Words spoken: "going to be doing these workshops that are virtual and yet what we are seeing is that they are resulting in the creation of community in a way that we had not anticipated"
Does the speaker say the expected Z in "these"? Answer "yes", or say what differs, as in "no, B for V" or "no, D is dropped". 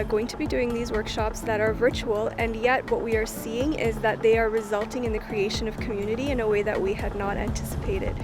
yes